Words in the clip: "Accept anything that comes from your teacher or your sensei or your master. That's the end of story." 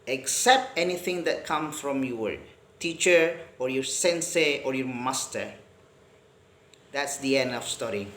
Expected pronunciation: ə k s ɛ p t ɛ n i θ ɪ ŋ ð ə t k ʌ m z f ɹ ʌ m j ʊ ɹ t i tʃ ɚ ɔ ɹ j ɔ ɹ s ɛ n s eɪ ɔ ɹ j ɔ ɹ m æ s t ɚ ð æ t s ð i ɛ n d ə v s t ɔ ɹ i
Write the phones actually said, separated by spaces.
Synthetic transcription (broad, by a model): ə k s ɛ p t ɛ n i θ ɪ ŋ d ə t k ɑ m f ɹ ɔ m j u w t i tʃ ɚ ɔ ɹ j ɔ ɹ s ɛ n s eɪ ɔ ɹ j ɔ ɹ m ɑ s t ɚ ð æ t s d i ɛ n d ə f s t ɔ ɹ i